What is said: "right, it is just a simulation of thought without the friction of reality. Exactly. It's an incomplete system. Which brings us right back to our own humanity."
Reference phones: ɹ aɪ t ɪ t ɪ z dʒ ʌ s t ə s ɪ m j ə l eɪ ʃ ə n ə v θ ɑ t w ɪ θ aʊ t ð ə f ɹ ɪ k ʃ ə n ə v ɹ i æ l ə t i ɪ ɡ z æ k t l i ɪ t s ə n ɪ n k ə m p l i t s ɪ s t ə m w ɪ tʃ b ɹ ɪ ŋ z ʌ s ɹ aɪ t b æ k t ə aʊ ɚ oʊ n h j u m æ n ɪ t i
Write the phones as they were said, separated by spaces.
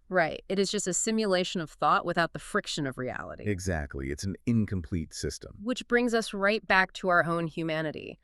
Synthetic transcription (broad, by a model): ɹ aɪ t ɪ t ɪ z dʒ ʌ s t ə s ɪ m j ə l eɪ ʃ ə n ə v θ ɑ t w ɪ θ aʊ t ð ə f ɹ ɪ k ʃ ə n ə v ɹ i æ l ə t i ɪ ɡ z æ k t l i ɪ t s n ɪ n k ə m p l i t s ɪ s t ə m w ɪ tʃ b ɹ ɪ ŋ z ʌ s ɹ aɪ t b æ k t ə aʊ ɚ oʊ n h j u m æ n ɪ t i